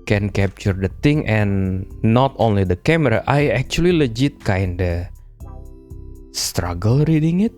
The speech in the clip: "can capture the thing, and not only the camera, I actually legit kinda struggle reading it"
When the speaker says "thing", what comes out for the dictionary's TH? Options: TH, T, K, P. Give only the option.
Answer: T